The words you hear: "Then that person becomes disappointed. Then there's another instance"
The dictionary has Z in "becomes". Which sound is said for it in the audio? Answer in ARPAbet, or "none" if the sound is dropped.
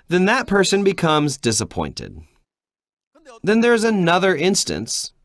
Z